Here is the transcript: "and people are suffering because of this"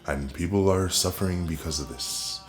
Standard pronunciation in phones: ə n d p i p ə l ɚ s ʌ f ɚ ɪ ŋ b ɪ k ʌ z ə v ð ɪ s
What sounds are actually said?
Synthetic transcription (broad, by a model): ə n p i p l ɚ s ʌ f ɚ ɪ ŋ b ɪ k ʌ z ə v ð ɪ s